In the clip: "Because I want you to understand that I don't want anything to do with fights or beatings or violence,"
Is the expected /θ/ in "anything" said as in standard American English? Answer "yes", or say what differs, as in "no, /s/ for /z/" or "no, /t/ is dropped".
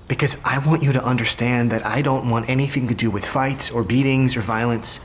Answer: yes